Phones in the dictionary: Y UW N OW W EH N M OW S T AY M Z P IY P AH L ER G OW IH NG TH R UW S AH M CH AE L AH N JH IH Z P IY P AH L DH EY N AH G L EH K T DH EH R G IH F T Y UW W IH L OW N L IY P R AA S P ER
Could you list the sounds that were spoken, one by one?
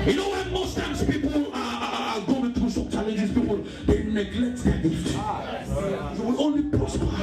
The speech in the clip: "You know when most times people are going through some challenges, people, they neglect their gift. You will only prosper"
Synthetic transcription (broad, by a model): Y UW N OW W EH N M OW S T AY M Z P IY P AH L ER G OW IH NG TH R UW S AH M CH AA L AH N JH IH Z P IY P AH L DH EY N AH G L EH K T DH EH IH T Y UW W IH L OW N L IY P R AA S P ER